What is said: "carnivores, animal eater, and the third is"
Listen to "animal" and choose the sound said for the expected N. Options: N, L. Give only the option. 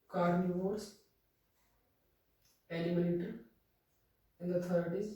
L